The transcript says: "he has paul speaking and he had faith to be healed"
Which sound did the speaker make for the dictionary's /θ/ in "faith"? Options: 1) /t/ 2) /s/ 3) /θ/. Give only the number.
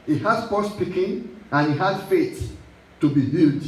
2